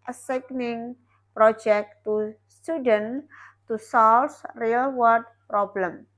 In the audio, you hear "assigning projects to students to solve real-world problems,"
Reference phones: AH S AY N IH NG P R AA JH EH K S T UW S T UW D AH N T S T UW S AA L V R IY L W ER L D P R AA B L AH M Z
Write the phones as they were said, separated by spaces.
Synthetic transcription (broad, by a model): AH S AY N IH NG P R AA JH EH K T UW S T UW D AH N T T UW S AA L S R IY L W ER D P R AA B L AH M